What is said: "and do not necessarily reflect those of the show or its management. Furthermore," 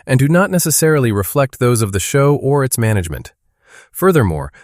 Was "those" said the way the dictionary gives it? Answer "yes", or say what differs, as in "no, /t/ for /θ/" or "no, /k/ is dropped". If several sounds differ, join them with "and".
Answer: yes